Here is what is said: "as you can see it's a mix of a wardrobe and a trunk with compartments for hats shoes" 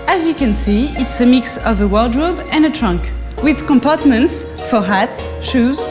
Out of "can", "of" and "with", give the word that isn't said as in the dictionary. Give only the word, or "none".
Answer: none